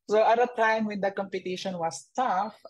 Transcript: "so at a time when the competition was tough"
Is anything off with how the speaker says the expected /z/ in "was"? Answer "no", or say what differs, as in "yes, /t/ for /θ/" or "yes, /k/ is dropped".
yes, /s/ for /z/